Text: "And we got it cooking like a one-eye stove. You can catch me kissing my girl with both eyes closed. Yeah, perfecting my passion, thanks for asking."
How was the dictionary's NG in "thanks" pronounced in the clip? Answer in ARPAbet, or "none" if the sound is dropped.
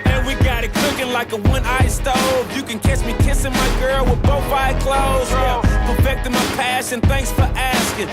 NG